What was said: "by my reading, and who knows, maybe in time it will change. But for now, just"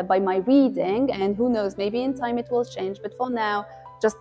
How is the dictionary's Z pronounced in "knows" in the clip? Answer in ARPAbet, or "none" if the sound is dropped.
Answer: Z